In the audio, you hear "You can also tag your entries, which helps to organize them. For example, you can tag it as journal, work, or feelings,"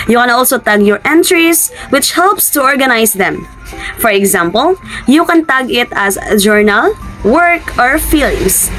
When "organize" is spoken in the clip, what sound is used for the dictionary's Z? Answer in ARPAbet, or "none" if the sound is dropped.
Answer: S